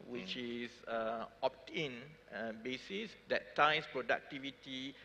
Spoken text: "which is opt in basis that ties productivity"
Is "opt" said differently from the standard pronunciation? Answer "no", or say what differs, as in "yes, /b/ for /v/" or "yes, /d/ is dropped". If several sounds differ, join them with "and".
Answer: no